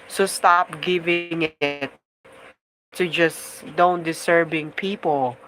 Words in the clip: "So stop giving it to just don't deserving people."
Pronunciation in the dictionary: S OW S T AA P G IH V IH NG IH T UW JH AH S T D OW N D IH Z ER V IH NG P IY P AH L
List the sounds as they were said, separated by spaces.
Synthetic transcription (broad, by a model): S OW S T AA P G IH V IH NG IH T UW JH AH S D OW N D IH S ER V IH NG P IY P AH L